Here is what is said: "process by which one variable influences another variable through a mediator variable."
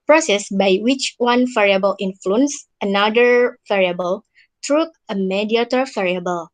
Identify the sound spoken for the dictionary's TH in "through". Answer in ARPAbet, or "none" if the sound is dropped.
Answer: T